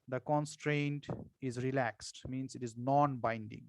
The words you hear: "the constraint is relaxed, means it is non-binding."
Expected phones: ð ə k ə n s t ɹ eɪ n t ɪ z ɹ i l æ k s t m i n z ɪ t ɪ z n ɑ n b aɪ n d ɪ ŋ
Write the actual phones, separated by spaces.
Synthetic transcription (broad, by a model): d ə k ə n s t ɹ eɪ n t ɪ z ɹ i l æ k s t m i n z ɪ t ɪ z n ɑ n b aɪ n d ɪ ŋ